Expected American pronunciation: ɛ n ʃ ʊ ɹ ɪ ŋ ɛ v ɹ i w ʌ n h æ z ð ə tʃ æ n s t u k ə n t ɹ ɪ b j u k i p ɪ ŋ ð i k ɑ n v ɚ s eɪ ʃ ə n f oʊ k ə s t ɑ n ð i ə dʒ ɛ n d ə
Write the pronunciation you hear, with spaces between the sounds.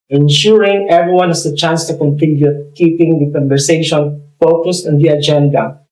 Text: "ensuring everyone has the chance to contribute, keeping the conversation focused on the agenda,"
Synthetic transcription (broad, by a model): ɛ n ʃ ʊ ɹ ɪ ŋ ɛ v ɹ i w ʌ n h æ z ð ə tʃ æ n s t u k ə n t ɪ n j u k i p ɪ ŋ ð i k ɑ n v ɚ s eɪ ʃ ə n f oʊ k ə s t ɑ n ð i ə dʒ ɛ n d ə